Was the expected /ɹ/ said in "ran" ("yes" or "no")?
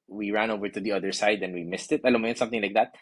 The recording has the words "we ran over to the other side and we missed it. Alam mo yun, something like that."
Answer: yes